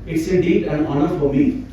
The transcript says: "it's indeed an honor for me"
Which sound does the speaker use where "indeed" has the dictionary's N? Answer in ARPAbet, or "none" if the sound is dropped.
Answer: none